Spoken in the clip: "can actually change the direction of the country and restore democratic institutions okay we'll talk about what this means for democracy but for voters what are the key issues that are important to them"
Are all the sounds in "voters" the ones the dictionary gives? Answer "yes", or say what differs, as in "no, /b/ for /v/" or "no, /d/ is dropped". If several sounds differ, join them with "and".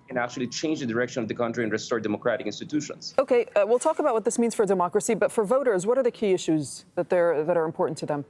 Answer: yes